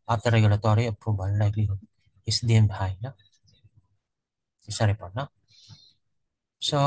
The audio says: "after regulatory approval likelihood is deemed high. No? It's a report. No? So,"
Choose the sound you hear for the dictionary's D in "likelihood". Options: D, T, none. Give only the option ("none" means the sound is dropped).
none